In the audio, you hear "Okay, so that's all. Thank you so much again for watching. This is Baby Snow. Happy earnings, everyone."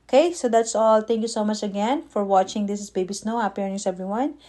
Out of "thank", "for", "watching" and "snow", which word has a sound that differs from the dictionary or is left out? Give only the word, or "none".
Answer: thank